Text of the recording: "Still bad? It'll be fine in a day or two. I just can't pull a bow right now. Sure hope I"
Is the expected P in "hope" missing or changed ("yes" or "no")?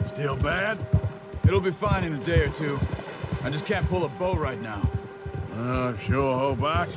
yes